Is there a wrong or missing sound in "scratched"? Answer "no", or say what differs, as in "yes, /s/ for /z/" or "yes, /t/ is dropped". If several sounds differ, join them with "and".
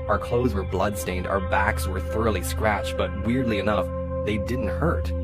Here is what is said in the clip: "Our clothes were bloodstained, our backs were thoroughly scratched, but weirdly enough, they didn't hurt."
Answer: no